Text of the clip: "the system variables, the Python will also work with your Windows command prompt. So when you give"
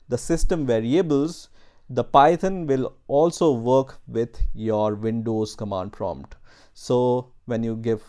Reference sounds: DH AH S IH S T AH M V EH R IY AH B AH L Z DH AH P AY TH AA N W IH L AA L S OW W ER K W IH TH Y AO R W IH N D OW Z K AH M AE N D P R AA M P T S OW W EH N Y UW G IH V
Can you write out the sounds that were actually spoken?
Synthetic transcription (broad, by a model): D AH S IH S T AH M V EH R IY AH B AH L Z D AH P AY T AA N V IH L AA L S OW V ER K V IH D Y AO R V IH N D OW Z K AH M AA N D P R AA M P T S OW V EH N Y UW G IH V